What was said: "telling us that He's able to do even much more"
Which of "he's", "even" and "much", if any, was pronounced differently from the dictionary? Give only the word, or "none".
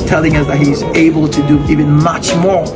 none